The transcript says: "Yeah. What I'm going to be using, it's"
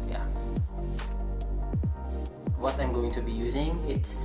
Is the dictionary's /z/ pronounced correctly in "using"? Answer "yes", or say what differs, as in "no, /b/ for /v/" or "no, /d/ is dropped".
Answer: yes